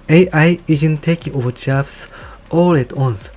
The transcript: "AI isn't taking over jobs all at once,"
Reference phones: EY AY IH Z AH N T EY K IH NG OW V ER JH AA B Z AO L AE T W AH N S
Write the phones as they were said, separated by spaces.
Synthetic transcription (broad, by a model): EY AY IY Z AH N T EY K IH NG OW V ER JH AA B S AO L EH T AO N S